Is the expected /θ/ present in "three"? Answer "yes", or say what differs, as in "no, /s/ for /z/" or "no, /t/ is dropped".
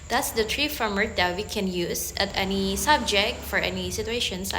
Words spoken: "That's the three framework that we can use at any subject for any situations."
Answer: no, /t/ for /θ/